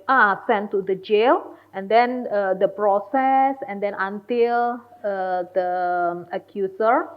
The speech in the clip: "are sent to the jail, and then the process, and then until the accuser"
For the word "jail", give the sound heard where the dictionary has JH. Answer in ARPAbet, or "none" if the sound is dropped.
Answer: JH